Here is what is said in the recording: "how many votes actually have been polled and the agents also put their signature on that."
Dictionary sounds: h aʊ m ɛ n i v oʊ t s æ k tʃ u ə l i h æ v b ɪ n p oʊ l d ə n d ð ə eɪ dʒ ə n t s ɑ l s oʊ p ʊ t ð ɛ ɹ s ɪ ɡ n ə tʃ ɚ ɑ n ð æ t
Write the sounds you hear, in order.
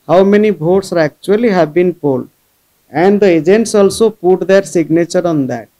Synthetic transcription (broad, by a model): h aʊ m ɛ n i b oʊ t s æ k tʃ u ə l i h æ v b ɪ n p oʊ l d ə n d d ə eɪ dʒ ə n t s ɑ l s oʊ p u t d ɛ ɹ s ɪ ɡ n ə tʃ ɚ ɑ n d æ t